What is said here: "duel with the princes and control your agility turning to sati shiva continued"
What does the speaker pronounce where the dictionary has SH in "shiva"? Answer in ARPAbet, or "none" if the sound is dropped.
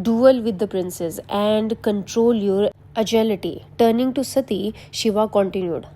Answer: SH